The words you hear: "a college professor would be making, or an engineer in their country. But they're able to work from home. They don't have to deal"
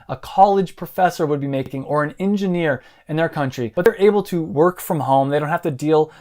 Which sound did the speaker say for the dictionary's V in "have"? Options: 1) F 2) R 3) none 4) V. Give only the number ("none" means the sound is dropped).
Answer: 1